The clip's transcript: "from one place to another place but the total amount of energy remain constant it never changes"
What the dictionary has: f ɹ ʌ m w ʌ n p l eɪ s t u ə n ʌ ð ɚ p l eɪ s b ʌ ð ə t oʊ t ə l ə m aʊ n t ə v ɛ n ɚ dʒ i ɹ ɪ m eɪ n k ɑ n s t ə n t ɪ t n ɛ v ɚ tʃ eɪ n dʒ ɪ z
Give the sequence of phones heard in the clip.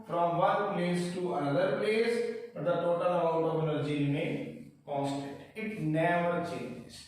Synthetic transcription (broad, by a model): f ɹ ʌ m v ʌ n p l eɪ s t u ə n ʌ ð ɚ p l eɪ s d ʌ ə t oʊ t ə l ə ʊ t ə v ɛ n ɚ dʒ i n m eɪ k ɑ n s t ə t ɪ t n ɛ v ɚ tʃ eɪ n dʒ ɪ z